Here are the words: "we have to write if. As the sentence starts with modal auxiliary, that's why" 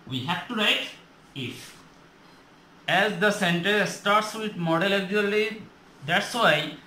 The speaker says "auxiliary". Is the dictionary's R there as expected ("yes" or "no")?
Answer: no